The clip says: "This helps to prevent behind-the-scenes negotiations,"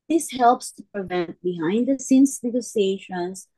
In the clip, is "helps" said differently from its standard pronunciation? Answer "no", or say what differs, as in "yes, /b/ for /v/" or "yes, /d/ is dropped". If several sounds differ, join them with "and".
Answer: no